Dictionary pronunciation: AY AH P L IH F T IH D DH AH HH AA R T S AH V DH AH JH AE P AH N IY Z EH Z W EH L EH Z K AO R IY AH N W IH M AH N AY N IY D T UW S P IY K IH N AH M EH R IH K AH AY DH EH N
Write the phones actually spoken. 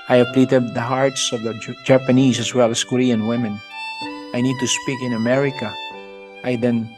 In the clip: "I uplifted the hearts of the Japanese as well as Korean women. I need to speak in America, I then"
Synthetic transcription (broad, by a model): AY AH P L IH T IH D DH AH HH AA R T S AH V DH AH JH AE P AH N IY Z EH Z W EH L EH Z K AO R IY AH N W IH M AH N AY N IY D T UW S P IY K IH N AH M EH R IH K AH AY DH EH N